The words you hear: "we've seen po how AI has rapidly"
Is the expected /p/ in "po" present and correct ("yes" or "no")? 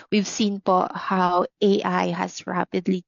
yes